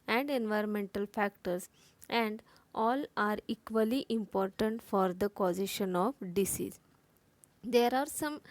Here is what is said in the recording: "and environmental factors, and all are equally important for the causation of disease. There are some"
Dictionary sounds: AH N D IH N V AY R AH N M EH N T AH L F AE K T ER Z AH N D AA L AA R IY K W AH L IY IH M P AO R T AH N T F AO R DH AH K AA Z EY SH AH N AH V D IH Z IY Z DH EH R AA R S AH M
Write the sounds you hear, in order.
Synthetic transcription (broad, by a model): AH N D IH N V AY R AH N M EH N T AH L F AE K T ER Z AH N D AA L AA R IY K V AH L IY IH M P AO R T AH N T F AO R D AH K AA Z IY SH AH N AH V D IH S IY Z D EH R AA R S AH M